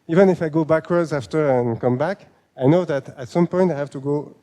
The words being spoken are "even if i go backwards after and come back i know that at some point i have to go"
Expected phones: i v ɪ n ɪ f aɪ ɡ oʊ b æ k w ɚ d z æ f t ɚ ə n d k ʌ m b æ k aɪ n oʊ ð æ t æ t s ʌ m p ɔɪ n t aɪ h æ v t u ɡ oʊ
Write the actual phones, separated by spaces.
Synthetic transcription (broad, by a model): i v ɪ n ɪ f aɪ ɡ oʊ b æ k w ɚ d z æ f t ɚ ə n k ʌ m b æ k aɪ n oʊ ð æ t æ t s ʌ m p ɔɪ n t aɪ h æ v t u ɡ oʊ